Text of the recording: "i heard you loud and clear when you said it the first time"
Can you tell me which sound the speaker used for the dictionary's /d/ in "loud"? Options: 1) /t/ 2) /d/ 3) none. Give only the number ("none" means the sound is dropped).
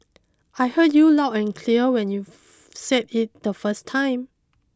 3